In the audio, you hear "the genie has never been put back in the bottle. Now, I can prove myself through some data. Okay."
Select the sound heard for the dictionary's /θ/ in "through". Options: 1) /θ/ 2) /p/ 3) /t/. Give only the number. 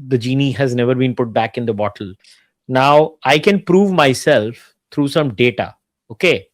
3